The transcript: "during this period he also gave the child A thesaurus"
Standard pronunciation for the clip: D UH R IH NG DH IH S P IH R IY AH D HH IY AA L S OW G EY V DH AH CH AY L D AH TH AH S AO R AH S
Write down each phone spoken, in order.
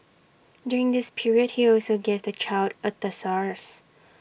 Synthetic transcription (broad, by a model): D UH R IH NG DH IH S P IH R IY AH D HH IY AA L S OW G EY V DH AH CH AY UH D AH T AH S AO R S